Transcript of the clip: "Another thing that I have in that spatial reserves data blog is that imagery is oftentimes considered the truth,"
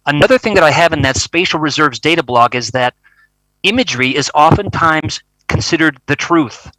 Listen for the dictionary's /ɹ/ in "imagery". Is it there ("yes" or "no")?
yes